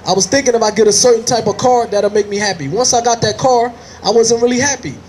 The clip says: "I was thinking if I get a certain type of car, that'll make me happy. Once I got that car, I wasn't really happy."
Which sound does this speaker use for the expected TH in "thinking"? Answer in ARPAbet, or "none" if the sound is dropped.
TH